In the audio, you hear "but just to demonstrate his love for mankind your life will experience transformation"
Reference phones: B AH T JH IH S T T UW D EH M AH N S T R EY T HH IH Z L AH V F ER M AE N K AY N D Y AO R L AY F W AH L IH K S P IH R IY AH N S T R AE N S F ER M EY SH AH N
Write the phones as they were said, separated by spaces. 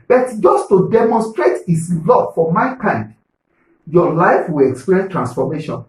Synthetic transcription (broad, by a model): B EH T JH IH S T T UW D EH M AH N S T R EY T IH S L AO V F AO M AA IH K AY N D Y AO L AY F W AH L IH K S P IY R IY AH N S T R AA N S F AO M EY SH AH N